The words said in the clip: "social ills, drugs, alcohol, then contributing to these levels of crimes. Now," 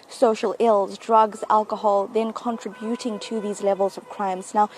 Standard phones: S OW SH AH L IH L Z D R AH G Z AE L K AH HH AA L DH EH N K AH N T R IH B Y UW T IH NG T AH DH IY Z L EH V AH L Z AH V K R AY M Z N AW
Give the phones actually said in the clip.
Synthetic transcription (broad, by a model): S OW SH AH L IH L Z D R AH G Z AE L K AH HH AA L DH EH N K AH N T R IH B Y UW T IH NG T AH DH IY Z L EH V AH L Z AH V K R AY M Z N AW